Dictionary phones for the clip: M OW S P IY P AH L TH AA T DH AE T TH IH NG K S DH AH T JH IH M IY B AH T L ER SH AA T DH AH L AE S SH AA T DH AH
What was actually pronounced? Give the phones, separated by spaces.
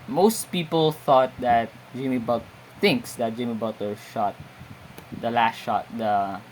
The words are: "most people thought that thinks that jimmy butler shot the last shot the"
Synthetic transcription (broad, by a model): M OW S P IY P AH L TH AA T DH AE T TH IH NG K S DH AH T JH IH M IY B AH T ER SH AA T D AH L AE S SH AA T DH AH